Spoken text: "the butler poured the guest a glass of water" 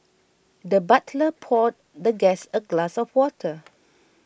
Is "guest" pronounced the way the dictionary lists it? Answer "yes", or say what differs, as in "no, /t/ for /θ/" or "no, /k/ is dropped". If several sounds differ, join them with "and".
no, /t/ is dropped